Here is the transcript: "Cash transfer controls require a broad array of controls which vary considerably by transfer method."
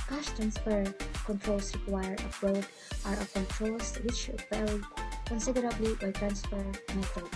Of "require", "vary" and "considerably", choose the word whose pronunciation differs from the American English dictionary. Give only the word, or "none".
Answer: vary